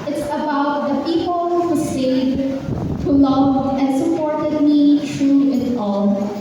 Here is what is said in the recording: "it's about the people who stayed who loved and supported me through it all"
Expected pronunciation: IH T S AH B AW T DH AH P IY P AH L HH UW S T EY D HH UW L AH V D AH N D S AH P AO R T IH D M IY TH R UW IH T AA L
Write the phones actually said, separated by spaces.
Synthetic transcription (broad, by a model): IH T S AH B AW T DH AH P IY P L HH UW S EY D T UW L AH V AH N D S AH P AO R T IH D M IY T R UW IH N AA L